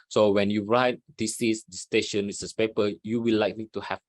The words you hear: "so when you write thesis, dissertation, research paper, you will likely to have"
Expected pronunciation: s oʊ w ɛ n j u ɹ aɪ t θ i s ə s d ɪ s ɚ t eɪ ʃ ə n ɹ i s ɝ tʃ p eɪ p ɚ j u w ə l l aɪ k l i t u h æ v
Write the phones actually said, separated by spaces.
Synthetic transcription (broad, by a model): s oʊ w ɛ n j u ɹ aɪ t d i s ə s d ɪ s t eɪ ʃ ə n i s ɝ s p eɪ p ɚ j u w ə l l aɪ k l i t u h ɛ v